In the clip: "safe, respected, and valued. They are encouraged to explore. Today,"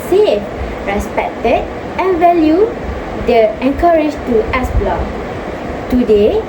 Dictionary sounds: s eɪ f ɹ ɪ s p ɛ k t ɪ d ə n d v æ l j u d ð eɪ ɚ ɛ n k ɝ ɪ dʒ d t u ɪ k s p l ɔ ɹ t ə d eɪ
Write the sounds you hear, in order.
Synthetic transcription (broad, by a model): s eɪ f ɹ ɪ s p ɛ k t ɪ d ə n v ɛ l j u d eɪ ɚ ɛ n k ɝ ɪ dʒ t u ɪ s b l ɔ t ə d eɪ